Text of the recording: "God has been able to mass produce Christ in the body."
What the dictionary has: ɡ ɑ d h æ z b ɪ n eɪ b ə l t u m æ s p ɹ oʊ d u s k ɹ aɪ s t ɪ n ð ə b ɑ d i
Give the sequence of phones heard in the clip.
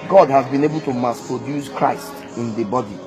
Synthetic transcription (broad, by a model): ɡ ɑ d h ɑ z b ɪ n eɪ b ə l t u m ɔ s p ɹ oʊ d u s k ɹ aɪ s t ɪ n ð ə b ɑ d i